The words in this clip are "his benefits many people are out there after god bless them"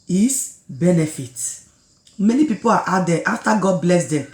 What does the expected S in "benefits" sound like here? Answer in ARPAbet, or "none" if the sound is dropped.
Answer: none